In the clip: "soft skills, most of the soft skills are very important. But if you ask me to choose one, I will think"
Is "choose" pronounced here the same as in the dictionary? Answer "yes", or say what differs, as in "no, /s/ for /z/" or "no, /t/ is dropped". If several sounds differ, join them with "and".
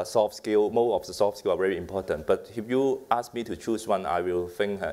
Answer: no, /s/ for /z/